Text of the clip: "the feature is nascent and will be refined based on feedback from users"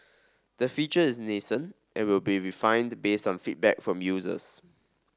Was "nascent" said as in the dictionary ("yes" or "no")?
yes